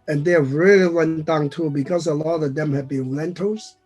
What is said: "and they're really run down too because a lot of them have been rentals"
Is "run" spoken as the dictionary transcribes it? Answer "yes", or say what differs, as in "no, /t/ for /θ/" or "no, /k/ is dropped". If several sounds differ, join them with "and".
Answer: no, /w/ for /ɹ/